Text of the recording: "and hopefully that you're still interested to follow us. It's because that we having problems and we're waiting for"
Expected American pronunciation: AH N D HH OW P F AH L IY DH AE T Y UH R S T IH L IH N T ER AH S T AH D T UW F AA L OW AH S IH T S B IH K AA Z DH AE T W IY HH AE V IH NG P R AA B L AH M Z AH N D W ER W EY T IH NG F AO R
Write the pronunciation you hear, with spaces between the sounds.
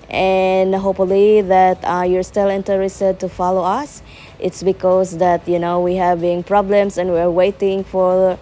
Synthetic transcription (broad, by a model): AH N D HH OW P F AH L IY DH AE T Y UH R S T IH L IH N T ER AH S T AH D T UW F AA L OW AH S IH T S B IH K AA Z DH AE T W IY HH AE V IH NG P R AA B L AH M S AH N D W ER W EY T IH NG F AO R